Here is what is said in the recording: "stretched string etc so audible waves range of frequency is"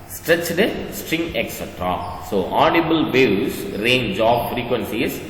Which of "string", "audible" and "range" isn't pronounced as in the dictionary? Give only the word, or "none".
none